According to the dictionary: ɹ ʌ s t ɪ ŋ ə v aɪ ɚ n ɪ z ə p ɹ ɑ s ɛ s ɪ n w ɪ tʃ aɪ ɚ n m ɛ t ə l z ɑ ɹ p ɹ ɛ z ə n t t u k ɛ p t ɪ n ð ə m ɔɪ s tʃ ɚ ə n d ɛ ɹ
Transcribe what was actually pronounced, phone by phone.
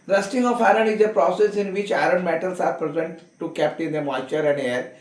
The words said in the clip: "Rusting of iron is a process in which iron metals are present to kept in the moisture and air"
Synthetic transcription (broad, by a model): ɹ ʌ s t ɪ ŋ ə f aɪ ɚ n ɪ z ə p ɹ ɑ s ɛ s ɪ n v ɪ tʃ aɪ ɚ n m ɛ t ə l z ɑ ɹ p ɹ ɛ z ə n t t u k ɛ p t ɪ n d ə m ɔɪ tʃ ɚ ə n d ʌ ɹ